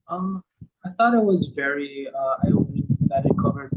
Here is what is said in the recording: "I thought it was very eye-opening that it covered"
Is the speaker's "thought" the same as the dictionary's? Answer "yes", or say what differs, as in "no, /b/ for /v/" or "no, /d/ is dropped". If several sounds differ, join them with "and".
yes